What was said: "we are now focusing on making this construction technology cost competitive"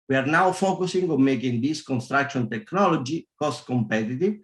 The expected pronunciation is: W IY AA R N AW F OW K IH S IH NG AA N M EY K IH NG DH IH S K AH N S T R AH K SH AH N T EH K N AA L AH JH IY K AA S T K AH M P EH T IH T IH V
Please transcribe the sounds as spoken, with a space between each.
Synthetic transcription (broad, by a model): W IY AA R N AW F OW K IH S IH NG AA N M EY K IH NG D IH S K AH N S T R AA K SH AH N T EH K N AA L AH JH IY K AA S T K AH M P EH T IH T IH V